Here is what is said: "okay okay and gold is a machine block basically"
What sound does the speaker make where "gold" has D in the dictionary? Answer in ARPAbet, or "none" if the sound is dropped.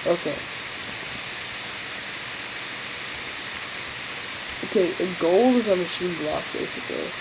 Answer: none